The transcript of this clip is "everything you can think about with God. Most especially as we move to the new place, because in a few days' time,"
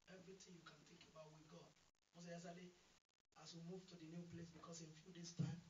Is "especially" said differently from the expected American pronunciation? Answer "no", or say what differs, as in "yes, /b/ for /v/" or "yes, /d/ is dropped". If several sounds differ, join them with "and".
yes, /s/ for /ʃ/